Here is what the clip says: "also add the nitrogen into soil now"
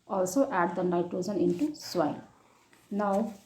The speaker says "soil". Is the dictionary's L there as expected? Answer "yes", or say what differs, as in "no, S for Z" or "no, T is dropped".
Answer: no, N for L